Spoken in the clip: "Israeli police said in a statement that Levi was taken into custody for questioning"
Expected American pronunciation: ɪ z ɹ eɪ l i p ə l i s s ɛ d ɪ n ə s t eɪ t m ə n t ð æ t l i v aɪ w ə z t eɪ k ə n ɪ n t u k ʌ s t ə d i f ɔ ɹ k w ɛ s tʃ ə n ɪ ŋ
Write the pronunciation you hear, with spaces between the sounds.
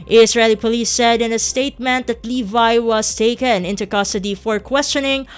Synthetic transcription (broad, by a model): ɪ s ɹ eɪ l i p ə l i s s ɛ d ɪ n ə s t eɪ t m ə n t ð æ t l i v aɪ w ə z t eɪ k ə n ɪ n t u k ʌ s t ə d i f ɔ ɹ k w ɛ s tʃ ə n ɪ ŋ